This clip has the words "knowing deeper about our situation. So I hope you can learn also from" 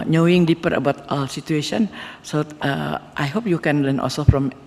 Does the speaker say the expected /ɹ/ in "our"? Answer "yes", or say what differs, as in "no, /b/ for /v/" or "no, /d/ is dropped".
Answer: no, /l/ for /ɹ/